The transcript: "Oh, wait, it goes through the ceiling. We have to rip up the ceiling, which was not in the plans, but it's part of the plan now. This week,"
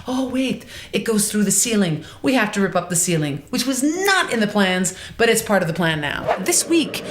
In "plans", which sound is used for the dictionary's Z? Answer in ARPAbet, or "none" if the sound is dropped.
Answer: Z